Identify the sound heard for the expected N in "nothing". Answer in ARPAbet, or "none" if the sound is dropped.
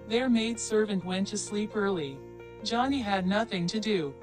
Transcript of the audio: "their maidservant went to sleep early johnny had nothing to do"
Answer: N